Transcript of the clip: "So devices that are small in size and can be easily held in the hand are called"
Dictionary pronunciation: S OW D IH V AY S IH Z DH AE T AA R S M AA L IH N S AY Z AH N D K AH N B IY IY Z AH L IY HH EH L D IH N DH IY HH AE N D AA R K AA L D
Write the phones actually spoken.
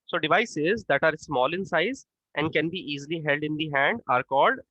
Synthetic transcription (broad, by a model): S OW D IH V AY S IH Z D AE T AA R S M AA L IH N S AY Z AH N D K AH N B IY IY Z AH L IY HH EH L D IH N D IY HH AE N D AA R K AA L D